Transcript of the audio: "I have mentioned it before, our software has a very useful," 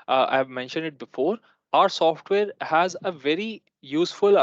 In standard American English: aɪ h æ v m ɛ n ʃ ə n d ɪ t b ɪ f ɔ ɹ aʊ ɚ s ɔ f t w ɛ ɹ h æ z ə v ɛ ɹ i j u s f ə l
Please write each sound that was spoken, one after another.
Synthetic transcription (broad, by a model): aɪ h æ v m ɛ n ʃ ə n d ɪ t b ɪ f ɔ ɹ aʊ ɚ s ɔ f t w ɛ ɹ h æ z ə v ɛ ɹ i j u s f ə l